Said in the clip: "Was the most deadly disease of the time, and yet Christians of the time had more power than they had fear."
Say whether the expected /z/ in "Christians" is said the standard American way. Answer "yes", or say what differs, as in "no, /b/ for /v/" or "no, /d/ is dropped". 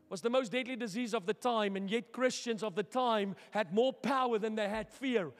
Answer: yes